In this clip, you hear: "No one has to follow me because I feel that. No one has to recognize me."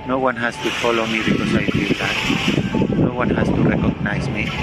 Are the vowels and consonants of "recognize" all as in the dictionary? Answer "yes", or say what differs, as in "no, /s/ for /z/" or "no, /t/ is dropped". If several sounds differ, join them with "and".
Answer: no, /s/ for /z/